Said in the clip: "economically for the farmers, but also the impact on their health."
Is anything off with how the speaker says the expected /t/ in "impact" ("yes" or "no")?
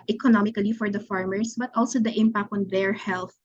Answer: no